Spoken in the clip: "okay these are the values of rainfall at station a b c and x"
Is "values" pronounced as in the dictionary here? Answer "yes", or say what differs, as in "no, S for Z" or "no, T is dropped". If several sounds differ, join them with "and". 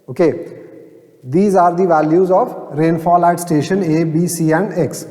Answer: yes